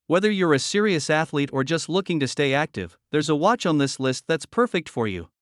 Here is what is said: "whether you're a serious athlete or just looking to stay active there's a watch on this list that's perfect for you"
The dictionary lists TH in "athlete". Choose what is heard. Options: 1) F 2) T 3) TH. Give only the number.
3